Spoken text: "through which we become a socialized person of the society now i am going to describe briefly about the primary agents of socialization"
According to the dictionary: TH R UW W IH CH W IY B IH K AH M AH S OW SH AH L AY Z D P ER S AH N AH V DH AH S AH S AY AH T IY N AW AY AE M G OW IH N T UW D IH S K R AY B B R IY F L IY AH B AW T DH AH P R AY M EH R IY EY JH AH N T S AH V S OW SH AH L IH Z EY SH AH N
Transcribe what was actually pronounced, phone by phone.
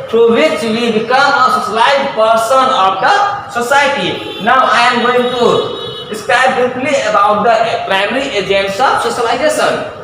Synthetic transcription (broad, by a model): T R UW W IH CH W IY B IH K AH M AH S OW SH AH L AY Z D P ER S AH N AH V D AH S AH S AY T IY N AW AY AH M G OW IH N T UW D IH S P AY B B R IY P L IY AH B AW T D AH P R AY M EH R IY EY JH AH N T S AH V S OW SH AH L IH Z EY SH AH N